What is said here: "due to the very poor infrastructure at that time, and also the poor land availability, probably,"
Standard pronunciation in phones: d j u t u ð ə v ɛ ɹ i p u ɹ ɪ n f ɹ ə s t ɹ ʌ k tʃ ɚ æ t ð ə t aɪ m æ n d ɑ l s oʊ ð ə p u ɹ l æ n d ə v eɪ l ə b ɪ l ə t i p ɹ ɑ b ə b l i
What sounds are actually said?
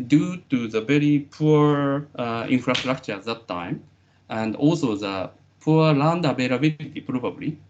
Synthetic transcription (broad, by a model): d j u t u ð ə v ɛ ɹ i p u ɹ ɪ n f ɹ ə s t ɹ ʌ k tʃ ɚ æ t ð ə t aɪ m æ n d ɑ l s oʊ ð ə p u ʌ l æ n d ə b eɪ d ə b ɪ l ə t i p ɹ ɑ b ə b l i